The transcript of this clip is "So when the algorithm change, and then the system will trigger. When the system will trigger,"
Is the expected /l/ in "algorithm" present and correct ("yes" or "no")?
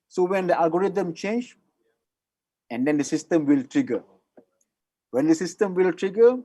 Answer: no